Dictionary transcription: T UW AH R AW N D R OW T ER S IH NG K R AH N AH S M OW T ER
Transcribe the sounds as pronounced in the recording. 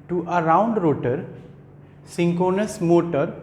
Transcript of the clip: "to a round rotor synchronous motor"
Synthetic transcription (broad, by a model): T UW AH R AW N D R OW T ER S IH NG K AH N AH S M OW T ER